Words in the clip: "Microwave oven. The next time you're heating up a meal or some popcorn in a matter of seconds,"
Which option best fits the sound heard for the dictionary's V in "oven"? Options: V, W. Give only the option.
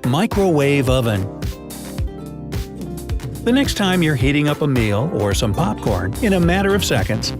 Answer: V